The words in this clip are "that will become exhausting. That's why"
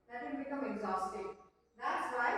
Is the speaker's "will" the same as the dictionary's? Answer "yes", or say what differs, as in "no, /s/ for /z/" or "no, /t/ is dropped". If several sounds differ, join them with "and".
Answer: no, /n/ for /l/